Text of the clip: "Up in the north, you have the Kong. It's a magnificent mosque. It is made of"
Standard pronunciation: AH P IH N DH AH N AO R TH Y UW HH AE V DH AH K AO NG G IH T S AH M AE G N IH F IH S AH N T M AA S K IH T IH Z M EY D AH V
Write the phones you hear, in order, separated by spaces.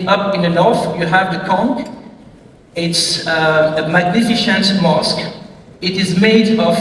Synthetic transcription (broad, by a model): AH P IH N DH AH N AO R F Y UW HH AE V DH AH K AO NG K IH T S AH M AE G N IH F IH SH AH N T M AA S K IH T IH Z M EY D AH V